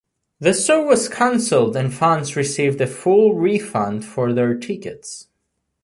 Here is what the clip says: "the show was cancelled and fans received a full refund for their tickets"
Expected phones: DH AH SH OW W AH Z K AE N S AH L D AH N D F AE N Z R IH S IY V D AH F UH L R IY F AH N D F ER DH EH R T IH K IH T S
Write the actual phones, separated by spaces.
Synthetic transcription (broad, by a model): DH AH S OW W AH Z K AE N S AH L D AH N F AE N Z R IH S IY V D AH F UH L R IY F AH N D F ER DH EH R T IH K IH T S